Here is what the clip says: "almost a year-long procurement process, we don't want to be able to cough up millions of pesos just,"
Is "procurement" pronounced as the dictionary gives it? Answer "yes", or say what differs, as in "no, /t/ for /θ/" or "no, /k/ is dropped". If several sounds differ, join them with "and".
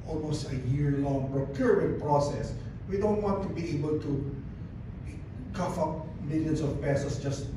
no, /m/ is dropped